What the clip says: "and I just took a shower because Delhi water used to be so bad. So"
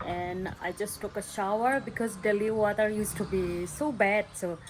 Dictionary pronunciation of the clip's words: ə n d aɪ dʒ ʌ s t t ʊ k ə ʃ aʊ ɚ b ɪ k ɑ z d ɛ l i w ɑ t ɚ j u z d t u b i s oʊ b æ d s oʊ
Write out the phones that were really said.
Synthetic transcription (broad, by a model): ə n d aɪ dʒ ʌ s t t ʊ k ə ʃ aʊ ɚ b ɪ k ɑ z d ɛ l i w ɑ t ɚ j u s t u b i s oʊ b æ d s oʊ